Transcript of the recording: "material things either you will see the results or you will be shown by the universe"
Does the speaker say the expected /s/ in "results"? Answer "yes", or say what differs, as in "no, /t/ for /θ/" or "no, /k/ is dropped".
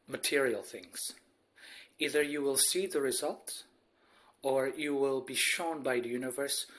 no, /s/ is dropped